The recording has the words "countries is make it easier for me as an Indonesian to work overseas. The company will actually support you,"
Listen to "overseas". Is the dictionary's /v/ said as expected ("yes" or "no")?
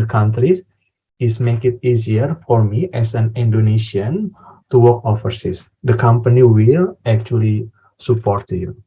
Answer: no